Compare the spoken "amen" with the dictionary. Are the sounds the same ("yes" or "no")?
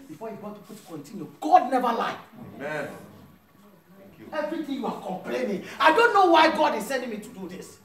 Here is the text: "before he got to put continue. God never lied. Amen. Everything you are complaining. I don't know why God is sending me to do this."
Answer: no